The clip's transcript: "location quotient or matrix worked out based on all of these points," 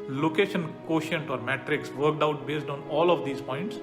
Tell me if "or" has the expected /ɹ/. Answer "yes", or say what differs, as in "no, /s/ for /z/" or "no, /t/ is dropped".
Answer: yes